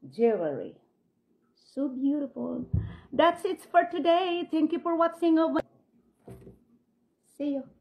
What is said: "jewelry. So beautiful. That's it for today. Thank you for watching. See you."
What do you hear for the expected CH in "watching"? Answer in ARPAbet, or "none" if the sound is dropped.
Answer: S